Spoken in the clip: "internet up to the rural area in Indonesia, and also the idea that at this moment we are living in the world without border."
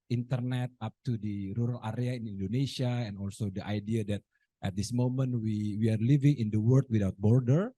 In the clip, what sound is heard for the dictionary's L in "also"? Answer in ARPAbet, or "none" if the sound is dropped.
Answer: L